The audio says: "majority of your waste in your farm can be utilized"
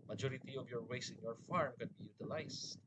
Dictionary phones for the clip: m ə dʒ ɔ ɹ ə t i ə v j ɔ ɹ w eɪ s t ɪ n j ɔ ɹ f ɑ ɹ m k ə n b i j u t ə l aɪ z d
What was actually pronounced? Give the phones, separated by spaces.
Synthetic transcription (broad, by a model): m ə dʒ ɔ ɹ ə t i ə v j ɔ ɹ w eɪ s ɪ n j ɔ ɹ f ɑ ɹ m k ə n b i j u t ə l aɪ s